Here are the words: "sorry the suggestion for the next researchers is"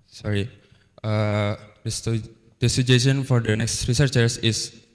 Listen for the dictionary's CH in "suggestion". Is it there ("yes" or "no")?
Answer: no